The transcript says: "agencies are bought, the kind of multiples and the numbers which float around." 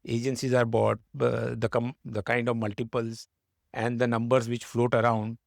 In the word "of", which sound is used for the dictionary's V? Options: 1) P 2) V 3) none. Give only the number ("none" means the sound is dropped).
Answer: 2